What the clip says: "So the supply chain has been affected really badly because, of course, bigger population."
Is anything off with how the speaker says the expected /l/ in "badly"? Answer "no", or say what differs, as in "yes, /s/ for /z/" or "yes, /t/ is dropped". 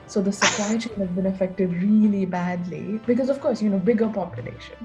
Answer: no